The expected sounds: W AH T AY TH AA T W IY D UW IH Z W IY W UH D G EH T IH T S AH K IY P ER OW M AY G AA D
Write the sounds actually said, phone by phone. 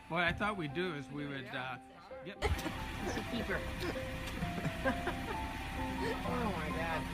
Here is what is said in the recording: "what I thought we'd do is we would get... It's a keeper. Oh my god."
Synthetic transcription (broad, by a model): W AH AY TH AA T W IY D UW IH Z W IY W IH D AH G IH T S AH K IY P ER OW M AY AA